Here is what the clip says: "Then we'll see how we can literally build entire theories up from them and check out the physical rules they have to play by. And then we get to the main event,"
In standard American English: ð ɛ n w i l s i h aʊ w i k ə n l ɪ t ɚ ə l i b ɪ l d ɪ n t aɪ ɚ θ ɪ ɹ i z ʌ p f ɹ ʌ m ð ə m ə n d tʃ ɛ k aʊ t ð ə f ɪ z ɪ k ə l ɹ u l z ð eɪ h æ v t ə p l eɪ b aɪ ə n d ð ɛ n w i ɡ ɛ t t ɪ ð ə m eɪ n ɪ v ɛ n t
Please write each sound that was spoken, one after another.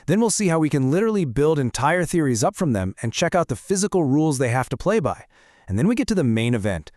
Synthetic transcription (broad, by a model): ð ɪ n w i l s i h aʊ w i k ə n l ɪ t ɚ l i b ɪ l d ɪ n t aɪ ɚ θ ɪ ɹ i z ʌ p f ɹ ʌ m ð ə m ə n tʃ ɛ k aʊ t ð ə f ɪ z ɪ k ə l ɹ u l z ð eɪ h æ f t ə p l eɪ b aɪ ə n ð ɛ n w i ɡ ɛ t t ɪ ð ə m eɪ n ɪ v ɛ n t